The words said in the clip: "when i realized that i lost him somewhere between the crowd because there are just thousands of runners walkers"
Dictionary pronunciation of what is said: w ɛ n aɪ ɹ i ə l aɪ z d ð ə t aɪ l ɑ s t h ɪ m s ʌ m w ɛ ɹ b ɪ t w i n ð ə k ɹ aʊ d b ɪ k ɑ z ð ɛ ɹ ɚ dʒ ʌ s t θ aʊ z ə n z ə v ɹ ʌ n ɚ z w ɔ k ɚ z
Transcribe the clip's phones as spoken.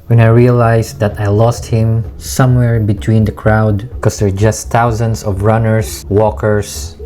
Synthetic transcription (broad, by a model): w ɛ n aɪ ɹ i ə l aɪ s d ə t aɪ l ɑ s t h ɪ m s ʌ m w ɛ ɹ b ɪ t w i n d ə k ɹ aʊ d k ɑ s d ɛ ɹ dʒ ʌ s t aʊ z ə n s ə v ɹ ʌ n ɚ s w ɔ k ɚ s